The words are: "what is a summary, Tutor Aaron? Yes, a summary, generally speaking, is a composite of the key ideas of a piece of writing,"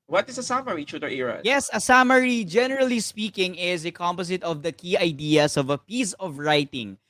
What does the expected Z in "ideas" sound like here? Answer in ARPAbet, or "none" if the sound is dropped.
S